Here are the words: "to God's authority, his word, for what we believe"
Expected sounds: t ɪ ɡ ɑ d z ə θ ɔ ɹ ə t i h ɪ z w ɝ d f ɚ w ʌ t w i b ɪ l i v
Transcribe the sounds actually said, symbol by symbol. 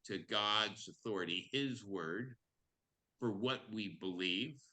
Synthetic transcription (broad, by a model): t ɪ ɡ ɑ d z ə θ ɔ ɹ ə t i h ɪ z w ɝ d f ɚ w ʌ t w i b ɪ l i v